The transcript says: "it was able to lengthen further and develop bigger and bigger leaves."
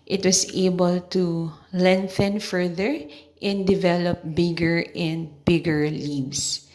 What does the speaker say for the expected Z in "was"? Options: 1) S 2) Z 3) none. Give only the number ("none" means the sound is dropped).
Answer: 1